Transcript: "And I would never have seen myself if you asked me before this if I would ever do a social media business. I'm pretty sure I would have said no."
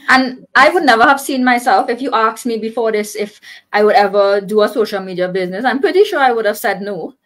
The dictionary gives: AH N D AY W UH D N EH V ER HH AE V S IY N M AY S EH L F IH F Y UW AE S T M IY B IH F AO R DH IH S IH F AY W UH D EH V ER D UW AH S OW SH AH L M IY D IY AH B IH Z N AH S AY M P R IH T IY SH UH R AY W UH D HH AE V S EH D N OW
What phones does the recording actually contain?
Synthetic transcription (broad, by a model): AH N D AY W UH D N EH V ER HH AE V S IY N M AY S EH L F IH F Y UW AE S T M IY B IH F AO R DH IH S IH F AY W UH D EH V ER D UW AH S OW SH AH L M IY D IY AH B IH Z N AH S AY M P R IH T IY SH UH R AY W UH D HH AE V S EH D N OW